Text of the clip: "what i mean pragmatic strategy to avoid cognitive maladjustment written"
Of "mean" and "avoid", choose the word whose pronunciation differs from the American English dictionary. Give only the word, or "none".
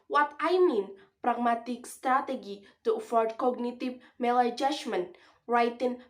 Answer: avoid